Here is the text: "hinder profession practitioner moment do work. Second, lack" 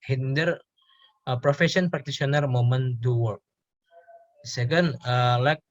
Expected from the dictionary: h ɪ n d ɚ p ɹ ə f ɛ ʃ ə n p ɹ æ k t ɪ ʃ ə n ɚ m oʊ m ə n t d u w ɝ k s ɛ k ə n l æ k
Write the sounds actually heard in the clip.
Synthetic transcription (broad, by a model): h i n d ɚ p ɹ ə f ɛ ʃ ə n p ɹ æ k t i s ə n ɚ m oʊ m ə n d u w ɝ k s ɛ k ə n l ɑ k